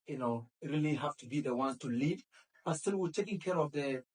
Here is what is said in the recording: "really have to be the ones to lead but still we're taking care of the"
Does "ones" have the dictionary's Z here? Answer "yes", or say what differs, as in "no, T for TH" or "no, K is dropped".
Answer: no, Z is dropped